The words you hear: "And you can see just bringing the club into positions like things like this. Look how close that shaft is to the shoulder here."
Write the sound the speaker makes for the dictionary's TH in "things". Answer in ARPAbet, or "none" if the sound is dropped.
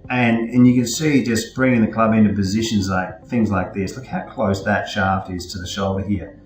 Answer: TH